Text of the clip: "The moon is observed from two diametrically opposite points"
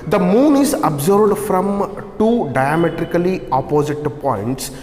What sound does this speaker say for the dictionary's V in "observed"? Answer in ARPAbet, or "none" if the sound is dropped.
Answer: B